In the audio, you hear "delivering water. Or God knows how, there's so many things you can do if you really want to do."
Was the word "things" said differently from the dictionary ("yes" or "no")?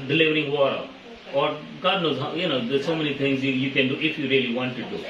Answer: yes